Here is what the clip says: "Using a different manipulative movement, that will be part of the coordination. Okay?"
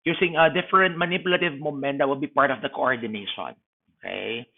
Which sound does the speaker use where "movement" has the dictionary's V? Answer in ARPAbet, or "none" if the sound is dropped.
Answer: none